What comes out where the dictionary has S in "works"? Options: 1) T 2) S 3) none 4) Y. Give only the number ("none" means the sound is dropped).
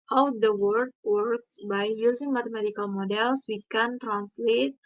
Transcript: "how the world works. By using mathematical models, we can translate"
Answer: 2